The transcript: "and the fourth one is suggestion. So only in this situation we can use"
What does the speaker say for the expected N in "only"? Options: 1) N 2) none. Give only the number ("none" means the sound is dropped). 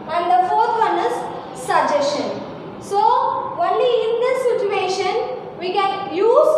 1